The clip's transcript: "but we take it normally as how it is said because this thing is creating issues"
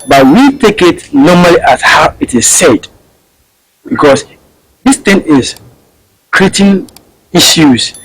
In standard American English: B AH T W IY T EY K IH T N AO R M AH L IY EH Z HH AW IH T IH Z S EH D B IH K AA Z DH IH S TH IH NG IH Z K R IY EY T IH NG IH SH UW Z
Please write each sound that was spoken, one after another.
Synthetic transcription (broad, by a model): B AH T W IY T EY K IH T N AO M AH L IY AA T HH AW IH T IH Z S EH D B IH K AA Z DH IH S T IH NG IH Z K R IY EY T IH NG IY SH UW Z